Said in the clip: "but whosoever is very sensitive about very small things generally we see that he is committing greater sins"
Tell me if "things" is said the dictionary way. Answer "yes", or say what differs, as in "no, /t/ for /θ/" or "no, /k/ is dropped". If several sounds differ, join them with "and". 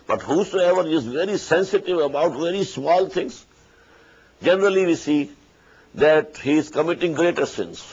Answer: no, /t/ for /θ/